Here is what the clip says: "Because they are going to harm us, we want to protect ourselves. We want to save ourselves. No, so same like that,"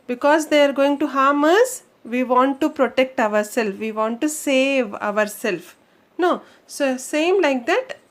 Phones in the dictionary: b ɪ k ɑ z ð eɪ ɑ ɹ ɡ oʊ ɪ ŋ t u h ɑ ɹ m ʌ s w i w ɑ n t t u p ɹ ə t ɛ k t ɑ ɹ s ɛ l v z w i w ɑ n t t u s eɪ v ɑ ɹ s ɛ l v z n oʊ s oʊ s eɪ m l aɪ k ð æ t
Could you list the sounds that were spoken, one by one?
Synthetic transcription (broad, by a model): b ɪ k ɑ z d eɪ ɑ ɹ ɡ oʊ ɪ ŋ t u h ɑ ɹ m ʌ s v i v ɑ n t t u p ɹ ə t ɛ k t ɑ ɹ s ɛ l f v i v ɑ n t t u s eɪ v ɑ ɹ s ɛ l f n oʊ s oʊ s eɪ m l aɪ k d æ t